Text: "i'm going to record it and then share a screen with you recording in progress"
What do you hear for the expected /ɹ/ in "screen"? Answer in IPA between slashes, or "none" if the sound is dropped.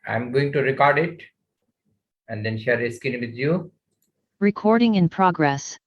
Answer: none